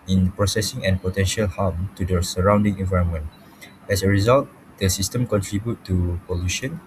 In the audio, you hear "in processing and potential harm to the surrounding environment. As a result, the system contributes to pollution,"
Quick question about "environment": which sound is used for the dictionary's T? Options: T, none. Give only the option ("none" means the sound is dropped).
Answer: T